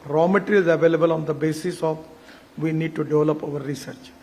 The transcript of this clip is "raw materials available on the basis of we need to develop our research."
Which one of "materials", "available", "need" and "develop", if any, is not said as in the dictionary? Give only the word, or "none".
materials